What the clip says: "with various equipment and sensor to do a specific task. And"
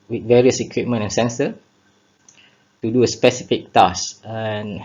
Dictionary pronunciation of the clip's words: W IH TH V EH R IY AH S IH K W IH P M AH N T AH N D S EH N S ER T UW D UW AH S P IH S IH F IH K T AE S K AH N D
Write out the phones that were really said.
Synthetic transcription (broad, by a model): W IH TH V EH R IY AH S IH K W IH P M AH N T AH N S EH N S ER T UW D UW AH S P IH S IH F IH K T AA S AH N